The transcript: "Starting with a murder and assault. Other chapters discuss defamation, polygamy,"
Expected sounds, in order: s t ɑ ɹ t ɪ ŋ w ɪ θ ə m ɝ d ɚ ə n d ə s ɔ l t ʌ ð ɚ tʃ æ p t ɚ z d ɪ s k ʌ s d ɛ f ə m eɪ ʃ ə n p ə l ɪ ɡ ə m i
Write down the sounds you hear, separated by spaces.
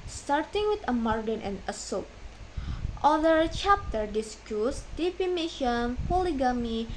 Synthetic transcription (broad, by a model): s t ɑ ɹ t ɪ ŋ w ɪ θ ə m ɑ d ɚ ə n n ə s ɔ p t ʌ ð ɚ tʃ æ p t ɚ d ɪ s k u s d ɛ p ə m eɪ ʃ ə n p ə l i ɡ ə m i